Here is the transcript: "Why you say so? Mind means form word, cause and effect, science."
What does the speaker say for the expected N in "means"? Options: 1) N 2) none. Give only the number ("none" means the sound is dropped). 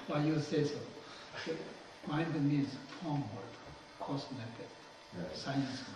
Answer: 2